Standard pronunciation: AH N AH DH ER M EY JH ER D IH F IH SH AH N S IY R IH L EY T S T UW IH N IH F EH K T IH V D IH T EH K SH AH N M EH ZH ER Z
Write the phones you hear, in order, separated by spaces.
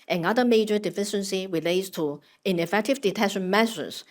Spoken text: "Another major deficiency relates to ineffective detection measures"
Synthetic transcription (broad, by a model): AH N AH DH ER M EY JH ER D IH F IH SH AH N S IY R IH L EY T S T UW IH N IH F EH K T IH V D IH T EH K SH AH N M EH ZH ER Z